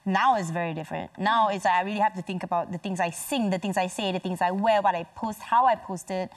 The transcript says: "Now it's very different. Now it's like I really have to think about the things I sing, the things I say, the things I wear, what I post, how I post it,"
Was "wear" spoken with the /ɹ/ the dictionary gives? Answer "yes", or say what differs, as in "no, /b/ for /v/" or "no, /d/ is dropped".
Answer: no, /l/ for /ɹ/